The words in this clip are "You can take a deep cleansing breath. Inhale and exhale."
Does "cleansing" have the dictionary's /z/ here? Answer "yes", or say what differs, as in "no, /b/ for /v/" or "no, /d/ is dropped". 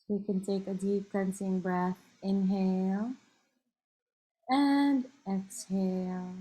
no, /s/ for /z/